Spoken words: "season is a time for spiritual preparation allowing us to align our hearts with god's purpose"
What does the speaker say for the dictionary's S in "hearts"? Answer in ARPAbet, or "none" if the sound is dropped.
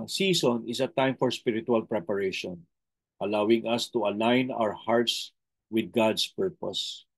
S